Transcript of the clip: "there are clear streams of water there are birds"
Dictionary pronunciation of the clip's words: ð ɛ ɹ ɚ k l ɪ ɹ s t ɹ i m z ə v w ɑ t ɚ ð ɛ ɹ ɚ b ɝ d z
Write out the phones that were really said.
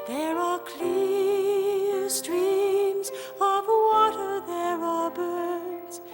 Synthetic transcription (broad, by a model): ð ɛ ɹ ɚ k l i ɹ s t ɹ i m z ə v w ɑ t ɚ ð ɛ ɹ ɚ b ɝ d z